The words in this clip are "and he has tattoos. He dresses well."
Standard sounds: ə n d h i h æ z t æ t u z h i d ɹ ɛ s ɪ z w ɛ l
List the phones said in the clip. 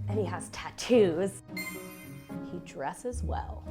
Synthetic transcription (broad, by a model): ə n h i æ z t æ t u z h i d ɹ ɛ s ɪ z w ɛ l